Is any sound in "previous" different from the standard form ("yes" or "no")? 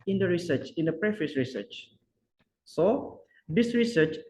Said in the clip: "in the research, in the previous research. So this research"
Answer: yes